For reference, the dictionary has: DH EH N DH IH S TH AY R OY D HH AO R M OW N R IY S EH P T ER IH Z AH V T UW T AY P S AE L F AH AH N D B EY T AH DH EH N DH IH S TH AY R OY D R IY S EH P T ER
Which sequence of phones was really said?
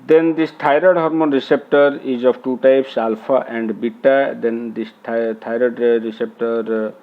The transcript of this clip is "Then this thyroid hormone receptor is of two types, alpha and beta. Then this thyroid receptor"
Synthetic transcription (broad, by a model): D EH N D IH S T AY R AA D HH AO R M OW N R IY S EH P T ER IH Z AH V T UW T AY P S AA L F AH AH N D B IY T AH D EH N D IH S T AY R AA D R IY S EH P T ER